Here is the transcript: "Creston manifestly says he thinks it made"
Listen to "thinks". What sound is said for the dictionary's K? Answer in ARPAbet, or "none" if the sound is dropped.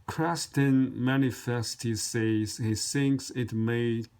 K